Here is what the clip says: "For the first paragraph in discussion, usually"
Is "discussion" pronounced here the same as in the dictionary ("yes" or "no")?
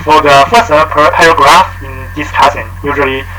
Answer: no